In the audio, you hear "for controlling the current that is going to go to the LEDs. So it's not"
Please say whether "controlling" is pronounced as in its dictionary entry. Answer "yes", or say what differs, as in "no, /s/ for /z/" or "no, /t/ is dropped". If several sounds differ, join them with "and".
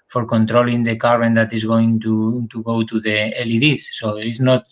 yes